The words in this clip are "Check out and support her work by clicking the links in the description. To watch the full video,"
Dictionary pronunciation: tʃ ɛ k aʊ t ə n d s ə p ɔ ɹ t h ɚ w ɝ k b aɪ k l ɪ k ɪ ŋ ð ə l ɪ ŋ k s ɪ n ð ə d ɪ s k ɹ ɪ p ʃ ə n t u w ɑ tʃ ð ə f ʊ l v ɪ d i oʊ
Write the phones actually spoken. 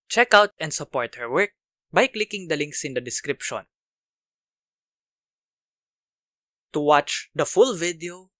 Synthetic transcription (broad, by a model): tʃ ɛ k aʊ t ə n d s ə p ɔ ɹ t h ɚ w ɝ k b aɪ k l ɪ k ɪ ŋ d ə l ɪ ŋ k s ɪ n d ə d ɪ s k ɹ ɪ p ʃ ə n t u w ɑ tʃ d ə f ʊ l v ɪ d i oʊ